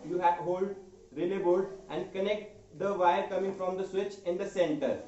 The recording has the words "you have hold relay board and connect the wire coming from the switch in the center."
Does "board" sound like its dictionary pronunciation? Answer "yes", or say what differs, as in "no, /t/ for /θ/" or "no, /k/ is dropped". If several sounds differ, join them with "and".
no, /l/ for /ɹ/